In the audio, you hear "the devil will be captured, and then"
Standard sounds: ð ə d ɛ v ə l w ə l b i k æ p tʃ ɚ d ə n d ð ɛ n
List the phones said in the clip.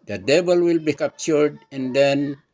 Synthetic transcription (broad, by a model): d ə d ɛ b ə l w ə l b i k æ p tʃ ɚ d ə n d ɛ n